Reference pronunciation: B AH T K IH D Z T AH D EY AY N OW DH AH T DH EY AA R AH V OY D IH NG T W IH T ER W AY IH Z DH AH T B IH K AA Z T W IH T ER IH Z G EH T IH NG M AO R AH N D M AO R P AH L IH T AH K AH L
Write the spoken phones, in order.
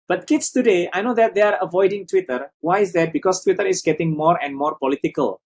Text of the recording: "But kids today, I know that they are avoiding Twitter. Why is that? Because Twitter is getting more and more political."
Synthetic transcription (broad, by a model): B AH T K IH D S T AH D EY AY N OW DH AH T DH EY AA R AH V OY D IH NG T W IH T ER W AY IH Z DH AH T B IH K AA S T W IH T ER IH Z G EH T IH NG M AO R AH N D M AO R P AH L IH T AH K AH L